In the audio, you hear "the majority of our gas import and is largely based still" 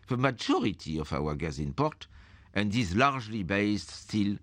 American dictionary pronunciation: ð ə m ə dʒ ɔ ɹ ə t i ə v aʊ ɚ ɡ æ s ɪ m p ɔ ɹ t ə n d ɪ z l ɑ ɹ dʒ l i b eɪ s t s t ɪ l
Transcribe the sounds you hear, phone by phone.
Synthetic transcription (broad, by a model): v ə m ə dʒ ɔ ɹ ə t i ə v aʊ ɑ ɡ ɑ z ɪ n p ɔ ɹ t ə n d ɪ z l ɑ ɹ ʒ l i b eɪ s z s t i l